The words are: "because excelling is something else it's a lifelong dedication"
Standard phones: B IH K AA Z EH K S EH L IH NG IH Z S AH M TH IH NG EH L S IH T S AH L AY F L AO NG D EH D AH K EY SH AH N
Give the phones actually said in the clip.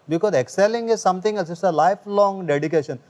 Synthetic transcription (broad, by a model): B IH K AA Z EH K S EH L IH NG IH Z S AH M T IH NG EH S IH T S AH L AY F L AO NG D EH D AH K EY SH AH N